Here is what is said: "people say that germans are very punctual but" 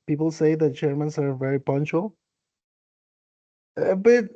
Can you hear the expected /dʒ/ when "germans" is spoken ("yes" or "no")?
no